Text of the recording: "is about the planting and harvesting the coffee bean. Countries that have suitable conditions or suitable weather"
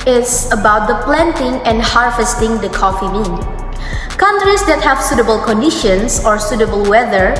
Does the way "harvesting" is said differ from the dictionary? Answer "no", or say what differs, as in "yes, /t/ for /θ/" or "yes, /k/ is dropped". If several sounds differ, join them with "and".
no